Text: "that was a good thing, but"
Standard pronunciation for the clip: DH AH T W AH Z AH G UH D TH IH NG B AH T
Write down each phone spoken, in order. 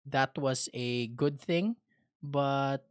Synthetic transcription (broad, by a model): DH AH T W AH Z AH G UH D TH IH NG B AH T